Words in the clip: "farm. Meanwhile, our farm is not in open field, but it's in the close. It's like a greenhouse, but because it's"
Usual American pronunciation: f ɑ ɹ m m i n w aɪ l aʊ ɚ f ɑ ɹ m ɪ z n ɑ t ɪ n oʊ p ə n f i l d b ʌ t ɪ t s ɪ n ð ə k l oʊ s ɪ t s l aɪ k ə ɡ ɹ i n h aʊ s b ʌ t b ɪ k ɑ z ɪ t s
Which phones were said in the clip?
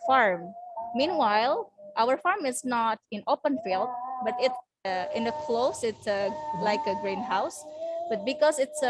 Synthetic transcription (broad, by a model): f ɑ ɹ m m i n w aɪ l aʊ ɚ f ɑ ɹ m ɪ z n ɑ t ɪ n oʊ p ə n f i l d b ʌ t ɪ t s ɪ n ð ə k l oʊ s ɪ t s l aɪ k ə ɡ ɹ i n h aʊ s b ʌ t b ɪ k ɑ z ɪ t s